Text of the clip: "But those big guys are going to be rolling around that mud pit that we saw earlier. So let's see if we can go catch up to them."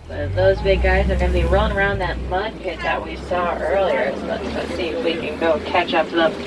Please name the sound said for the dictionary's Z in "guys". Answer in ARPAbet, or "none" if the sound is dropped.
Z